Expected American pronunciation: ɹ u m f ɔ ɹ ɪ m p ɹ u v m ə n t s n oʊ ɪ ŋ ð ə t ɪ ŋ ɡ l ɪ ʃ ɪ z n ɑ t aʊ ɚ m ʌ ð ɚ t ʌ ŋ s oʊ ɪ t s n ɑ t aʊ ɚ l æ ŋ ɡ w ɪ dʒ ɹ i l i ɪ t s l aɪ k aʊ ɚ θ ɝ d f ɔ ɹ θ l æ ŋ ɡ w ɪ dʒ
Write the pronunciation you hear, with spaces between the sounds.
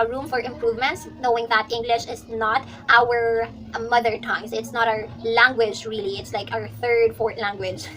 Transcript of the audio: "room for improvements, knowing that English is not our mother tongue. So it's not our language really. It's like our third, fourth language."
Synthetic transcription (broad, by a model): ɹ u m f ɔ ɹ ɪ m p ɹ u v m ə n t s n oʊ ɪ ŋ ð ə t ɪ ŋ ɡ l ɪ ʃ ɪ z n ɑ t aʊ ɚ m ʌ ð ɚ t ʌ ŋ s ɪ t s n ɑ t aʊ ɚ l æ ŋ ɡ w ɪ dʒ ɹ i l i ɪ t s l aɪ k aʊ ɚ θ ɝ d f ɔ ɹ t l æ ŋ ɡ w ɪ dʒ